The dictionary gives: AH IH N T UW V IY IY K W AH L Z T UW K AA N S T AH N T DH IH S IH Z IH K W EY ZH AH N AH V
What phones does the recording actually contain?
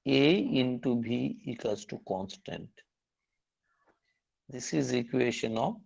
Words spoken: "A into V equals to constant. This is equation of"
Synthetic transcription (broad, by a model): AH IH N T UW B IY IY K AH Z T UW K AA N S T AH N T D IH S IH Z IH K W EY SH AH N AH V